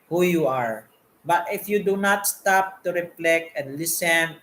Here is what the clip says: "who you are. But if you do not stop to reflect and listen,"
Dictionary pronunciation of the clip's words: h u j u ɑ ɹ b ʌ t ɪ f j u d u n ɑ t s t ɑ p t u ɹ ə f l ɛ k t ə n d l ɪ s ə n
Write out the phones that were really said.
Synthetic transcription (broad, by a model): h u j u ɑ ɹ b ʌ t ɪ f j u d u n ɑ t s t ɑ p t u ɹ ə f l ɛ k ə n d l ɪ s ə n